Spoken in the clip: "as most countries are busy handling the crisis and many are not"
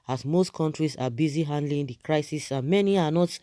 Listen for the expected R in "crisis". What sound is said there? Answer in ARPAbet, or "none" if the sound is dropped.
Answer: R